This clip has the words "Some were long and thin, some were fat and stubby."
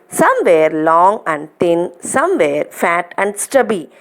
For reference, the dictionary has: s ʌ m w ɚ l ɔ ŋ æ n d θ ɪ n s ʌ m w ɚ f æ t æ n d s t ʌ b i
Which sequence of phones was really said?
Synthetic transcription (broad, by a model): s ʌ m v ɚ l ɔ ŋ æ n d t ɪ n s ʌ m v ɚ f æ t æ n d s t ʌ b i